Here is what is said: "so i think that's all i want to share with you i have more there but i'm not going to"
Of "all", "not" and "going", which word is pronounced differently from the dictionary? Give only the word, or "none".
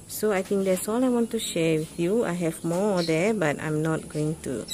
none